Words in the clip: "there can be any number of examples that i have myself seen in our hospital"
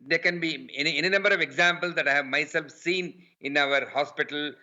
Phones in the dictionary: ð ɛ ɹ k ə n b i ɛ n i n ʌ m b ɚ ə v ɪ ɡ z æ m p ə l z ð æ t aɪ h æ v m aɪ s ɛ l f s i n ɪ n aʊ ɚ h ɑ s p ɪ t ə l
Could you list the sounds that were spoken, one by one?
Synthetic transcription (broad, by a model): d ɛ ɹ k ə n b i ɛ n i n ʌ m b ɚ ə v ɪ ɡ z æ m p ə l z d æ t aɪ h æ v m aɪ s ɛ l f s i n ɪ n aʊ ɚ h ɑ s p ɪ t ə l